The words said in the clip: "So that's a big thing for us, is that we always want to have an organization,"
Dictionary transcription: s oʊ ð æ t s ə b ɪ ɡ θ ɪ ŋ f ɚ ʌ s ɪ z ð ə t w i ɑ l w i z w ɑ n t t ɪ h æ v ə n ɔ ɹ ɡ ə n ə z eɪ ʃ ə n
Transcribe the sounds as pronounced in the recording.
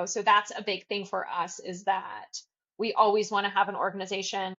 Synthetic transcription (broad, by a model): s oʊ ð æ t s ə b ɪ ɡ θ ɪ ŋ f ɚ ʌ s ɪ z ð ə t w i ɑ l w i z w ɑ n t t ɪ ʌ v ə n ɔ ɹ ɡ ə n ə z eɪ ʃ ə n